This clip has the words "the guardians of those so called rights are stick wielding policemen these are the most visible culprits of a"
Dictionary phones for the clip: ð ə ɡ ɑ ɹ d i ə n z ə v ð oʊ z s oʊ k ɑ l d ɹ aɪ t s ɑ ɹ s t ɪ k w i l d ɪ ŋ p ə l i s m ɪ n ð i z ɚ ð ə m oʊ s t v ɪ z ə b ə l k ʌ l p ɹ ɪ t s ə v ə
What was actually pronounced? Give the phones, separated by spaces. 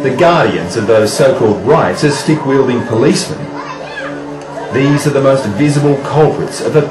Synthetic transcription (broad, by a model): ð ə ɡ ɑ ɹ d i ə n z ə v ð oʊ z s oʊ k ɑ l d ɹ aɪ t s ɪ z s t ɪ k w i l d ɪ ŋ p ə l i s m ɪ n ð i z ɚ ð ə m oʊ s t v ɪ z ə b ə l k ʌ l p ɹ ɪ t s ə v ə